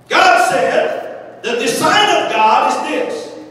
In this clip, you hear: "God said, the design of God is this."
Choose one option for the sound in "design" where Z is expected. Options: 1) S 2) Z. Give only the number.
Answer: 1